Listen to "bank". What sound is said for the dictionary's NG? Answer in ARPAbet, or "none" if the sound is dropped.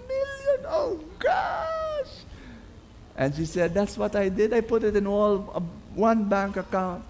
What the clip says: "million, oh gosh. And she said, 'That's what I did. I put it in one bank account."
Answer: NG